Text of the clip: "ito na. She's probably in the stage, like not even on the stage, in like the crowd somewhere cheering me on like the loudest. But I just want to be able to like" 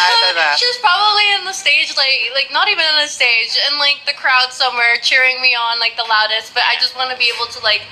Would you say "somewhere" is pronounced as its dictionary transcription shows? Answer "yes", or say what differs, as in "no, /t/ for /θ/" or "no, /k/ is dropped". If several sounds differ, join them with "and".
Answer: yes